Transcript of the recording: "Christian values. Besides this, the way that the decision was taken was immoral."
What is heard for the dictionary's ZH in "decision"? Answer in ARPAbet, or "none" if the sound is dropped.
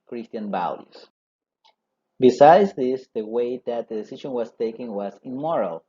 SH